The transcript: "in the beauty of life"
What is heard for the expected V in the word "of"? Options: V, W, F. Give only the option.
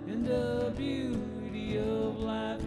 V